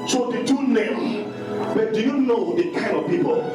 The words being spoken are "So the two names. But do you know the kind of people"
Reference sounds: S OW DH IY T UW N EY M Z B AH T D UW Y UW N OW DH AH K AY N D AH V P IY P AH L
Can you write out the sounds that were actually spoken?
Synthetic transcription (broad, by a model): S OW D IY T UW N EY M B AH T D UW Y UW N OW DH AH K AY N D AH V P IY P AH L